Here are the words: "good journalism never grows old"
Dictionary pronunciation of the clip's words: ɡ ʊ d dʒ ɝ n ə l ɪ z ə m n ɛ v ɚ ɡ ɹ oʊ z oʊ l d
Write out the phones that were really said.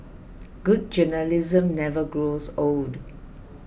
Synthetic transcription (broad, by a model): ɡ ʊ d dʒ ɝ n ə l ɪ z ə m n ɛ v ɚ ɡ ɹ oʊ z oʊ l d